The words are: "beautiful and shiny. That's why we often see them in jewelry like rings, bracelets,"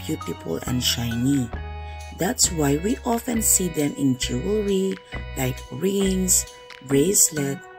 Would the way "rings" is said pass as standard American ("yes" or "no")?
no